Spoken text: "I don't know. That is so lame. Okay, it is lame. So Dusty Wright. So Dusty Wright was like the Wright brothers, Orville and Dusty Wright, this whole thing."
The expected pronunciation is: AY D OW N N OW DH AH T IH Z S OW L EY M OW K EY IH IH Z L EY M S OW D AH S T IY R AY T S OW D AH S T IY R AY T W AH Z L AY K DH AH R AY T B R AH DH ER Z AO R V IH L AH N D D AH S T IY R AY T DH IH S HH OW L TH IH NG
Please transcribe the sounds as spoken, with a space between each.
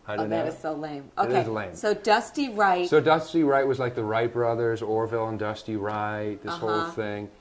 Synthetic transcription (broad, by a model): AY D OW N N DH AH T IH Z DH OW L EY M OW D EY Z L EY M S OW D AH S T IY R AY T S OW D AH S T IY R AY T W AH Z L AY K DH AH R AY T B R AH DH ER Z AO R V IH L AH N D D AH S T IY R AY T DH IH S HH OW L TH IH NG